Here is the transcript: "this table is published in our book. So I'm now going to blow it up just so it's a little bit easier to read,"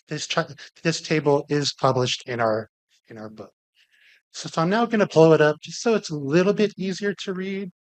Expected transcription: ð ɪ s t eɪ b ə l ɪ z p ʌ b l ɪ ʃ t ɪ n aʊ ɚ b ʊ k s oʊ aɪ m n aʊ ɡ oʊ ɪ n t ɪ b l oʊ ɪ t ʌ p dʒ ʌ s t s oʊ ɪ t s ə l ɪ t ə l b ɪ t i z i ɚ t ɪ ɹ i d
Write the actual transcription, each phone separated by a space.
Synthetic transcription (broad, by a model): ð ɪ s t eɪ b l ɪ z p ʌ b l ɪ ʃ t ɪ n aʊ ɚ b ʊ k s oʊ aɪ m n aʊ ɡ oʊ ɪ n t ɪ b l oʊ ɪ t ʌ p dʒ ʌ s t s oʊ ɪ t s ə l ɪ t l b ɪ t i z i ɚ t ɪ ɹ i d